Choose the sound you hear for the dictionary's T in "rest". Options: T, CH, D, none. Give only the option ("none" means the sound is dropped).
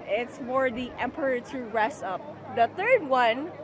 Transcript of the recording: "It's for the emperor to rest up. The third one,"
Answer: none